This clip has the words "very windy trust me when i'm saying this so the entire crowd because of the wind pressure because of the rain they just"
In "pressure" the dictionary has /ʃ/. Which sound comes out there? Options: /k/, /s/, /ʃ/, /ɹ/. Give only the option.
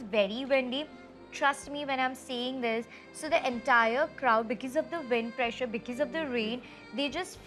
/ʃ/